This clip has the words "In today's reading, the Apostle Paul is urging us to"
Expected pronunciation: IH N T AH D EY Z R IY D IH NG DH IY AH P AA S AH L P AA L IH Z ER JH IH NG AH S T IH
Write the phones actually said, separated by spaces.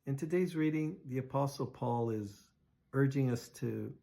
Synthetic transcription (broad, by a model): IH N T AH D EY Z R IY D IH NG DH IY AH P AA S L P AA L IH Z ER JH IH NG AH S T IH